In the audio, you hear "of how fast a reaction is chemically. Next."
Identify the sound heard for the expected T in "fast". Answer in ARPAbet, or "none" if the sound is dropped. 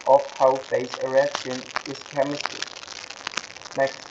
none